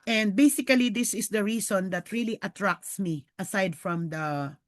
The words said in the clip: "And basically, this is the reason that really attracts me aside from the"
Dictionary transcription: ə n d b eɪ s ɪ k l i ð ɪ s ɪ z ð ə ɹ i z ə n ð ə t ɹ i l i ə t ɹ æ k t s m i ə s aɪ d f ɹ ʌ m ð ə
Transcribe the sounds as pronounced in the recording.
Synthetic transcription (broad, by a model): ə n d b eɪ s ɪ k l i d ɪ s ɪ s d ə ɹ i s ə n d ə t ɹ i l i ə t ɹ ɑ k t s m i ə s aɪ d f ɹ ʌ m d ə